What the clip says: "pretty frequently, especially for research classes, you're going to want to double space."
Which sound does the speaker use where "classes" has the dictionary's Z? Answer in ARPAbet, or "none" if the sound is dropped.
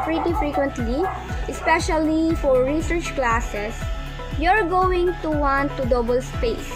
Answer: S